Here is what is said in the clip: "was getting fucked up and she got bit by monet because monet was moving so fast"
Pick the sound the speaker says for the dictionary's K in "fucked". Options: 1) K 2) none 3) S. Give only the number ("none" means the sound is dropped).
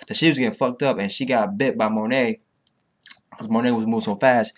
1